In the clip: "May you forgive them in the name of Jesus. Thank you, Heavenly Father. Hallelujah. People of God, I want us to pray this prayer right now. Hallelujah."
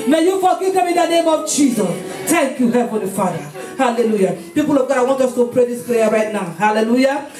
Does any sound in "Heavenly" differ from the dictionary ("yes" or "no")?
yes